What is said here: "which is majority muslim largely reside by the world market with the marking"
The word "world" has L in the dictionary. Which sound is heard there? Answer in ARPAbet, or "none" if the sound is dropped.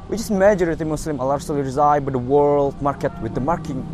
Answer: L